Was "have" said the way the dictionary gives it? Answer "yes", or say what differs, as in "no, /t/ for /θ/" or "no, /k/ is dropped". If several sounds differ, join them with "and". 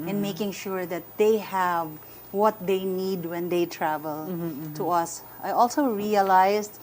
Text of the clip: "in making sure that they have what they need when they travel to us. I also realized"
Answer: yes